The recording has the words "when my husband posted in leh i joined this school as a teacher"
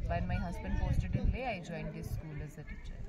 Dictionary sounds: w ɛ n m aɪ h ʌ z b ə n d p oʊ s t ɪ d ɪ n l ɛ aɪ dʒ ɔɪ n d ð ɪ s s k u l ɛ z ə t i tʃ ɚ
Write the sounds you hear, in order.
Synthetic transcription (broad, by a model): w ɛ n m aɪ h ʌ z b ə n d f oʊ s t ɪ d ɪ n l ɛ aɪ dʒ ɔɪ n d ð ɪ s s k u l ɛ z ə t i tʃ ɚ